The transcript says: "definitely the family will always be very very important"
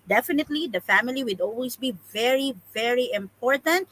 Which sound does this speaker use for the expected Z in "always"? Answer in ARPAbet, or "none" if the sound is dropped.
S